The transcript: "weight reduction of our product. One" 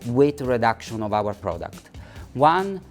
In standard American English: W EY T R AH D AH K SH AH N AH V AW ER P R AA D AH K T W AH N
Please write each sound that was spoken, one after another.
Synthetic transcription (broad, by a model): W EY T R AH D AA K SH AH N AH V AW ER P R AA D AH K T W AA N